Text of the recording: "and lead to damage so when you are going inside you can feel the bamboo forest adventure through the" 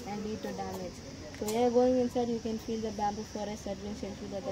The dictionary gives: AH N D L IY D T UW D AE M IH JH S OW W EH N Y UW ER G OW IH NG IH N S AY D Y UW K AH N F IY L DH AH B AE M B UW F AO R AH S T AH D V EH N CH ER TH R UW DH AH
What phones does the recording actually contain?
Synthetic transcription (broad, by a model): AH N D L IY D T UW D AE M IH JH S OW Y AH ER G OW IH NG IH N S AY D Y UW K AH N F IY L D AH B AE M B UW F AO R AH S AH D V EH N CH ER T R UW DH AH